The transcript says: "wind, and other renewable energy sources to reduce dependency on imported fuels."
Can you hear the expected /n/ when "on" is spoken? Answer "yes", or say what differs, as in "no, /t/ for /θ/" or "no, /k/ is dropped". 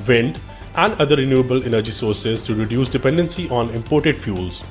yes